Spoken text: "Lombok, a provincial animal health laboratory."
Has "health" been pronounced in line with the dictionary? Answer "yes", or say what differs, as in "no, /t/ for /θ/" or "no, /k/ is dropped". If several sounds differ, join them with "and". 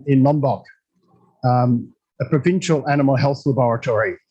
yes